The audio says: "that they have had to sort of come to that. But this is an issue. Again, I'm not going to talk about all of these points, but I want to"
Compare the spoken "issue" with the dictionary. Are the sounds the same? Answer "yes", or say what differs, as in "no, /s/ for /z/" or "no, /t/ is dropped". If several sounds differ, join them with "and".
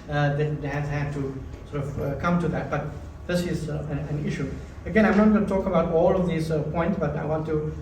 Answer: yes